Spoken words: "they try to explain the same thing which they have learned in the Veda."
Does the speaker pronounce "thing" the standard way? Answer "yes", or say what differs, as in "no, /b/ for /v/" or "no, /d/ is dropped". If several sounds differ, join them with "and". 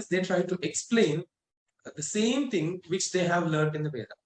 no, /t/ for /θ/